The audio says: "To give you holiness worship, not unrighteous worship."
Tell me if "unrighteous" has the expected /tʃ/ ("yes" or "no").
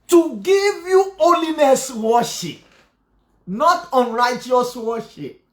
yes